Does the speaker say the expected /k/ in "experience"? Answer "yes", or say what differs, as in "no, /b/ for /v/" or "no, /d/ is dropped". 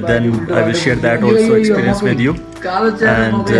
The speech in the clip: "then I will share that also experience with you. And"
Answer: no, /k/ is dropped